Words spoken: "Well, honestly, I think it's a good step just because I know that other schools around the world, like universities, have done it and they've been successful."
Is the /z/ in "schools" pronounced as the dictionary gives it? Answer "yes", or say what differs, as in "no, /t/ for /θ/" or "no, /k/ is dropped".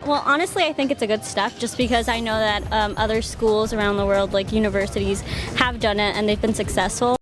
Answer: yes